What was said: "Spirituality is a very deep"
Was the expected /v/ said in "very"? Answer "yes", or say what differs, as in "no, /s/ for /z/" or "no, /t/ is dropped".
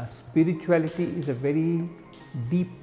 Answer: yes